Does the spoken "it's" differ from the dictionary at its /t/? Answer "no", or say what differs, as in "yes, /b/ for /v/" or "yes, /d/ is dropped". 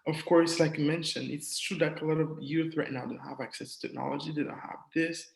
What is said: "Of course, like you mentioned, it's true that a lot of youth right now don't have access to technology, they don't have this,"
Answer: no